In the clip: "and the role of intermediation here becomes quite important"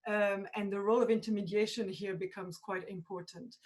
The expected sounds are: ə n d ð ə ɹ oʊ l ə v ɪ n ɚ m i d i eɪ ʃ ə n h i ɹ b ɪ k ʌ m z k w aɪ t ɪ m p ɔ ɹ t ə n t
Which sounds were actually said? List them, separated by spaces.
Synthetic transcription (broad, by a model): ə n ð ə ɹ oʊ l ə v ɪ n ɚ m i d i eɪ ʃ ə n h i ɹ b ɪ k ʌ m z k w aɪ t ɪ m p ɔ ɹ t n t